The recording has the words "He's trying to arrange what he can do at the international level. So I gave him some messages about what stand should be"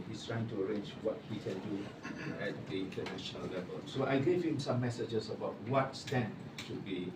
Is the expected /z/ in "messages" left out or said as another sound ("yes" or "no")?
yes